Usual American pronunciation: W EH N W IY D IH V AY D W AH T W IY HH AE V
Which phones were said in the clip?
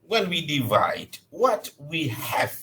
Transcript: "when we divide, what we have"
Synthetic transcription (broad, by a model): W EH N W IY D IH V AY D W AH T W IY HH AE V